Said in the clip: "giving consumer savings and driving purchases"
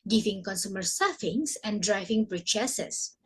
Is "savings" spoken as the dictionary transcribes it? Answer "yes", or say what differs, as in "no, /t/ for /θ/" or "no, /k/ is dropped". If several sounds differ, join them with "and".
no, /f/ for /v/ and /s/ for /z/